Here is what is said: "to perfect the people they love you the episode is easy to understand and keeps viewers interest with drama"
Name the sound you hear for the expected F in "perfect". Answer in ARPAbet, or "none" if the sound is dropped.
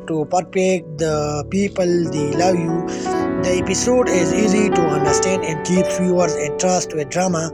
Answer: P